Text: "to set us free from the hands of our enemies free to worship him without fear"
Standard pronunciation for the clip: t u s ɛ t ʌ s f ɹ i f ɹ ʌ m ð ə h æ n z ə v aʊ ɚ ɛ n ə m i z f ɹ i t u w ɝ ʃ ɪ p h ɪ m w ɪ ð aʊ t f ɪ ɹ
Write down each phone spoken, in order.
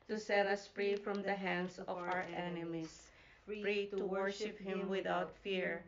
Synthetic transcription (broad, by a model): t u s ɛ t ʌ s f ɹ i f ɹ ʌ m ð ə h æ n s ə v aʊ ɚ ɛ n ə m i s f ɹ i t u w ɝ ʃ ɪ p h ɪ m w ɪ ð aʊ t f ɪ ɹ